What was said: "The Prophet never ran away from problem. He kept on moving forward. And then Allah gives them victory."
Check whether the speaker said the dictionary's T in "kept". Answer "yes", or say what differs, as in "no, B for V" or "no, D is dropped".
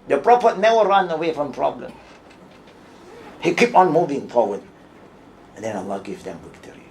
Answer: no, T is dropped